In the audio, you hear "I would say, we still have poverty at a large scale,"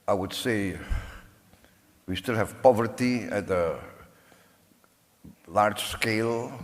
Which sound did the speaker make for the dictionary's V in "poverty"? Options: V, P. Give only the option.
V